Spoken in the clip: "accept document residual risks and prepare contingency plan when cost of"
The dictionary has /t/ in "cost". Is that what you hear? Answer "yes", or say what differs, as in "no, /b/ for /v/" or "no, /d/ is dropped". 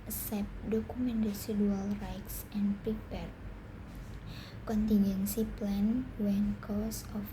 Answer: no, /t/ is dropped